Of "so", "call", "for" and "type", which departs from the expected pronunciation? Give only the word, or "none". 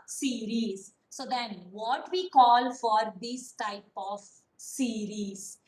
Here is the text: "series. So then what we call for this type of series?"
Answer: none